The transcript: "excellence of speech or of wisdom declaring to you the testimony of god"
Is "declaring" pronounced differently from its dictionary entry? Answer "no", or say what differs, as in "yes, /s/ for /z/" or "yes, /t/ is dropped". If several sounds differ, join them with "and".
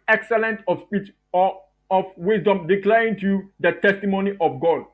yes, /ɹ/ is dropped